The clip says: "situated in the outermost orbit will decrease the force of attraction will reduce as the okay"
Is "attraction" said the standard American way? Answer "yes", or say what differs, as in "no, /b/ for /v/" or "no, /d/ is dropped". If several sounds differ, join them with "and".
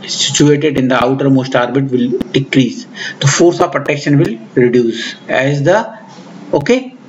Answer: no, /ɹ/ is dropped